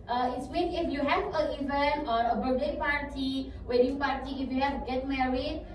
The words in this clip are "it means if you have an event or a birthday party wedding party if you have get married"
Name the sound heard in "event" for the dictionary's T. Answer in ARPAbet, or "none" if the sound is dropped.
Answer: none